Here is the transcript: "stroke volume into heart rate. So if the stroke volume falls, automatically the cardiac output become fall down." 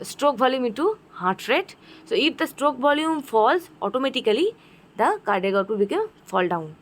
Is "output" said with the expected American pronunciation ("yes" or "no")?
no